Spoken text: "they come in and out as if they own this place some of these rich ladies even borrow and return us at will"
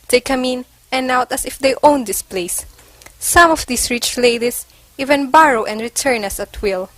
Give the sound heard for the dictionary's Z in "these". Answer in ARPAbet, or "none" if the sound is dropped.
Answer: S